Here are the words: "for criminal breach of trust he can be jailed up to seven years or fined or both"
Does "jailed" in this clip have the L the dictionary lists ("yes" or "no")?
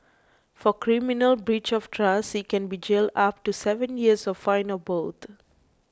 yes